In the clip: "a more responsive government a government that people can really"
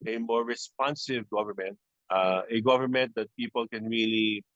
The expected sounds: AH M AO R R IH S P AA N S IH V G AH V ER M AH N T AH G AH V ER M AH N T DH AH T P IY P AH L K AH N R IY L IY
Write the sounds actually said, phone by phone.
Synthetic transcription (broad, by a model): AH M AO R R IH S P AA N S IH V G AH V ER M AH N T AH G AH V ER M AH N T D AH T P IY P AH L K AH N R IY L IY